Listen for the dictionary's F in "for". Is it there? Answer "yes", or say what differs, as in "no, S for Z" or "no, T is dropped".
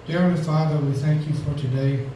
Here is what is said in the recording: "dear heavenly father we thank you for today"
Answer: yes